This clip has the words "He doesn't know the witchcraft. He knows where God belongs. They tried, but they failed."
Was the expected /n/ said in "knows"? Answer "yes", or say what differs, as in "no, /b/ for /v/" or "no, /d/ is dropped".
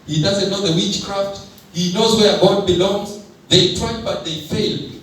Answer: yes